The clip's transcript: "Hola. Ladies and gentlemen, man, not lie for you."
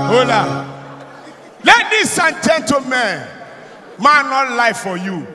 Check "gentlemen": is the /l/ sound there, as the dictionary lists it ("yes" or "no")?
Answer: no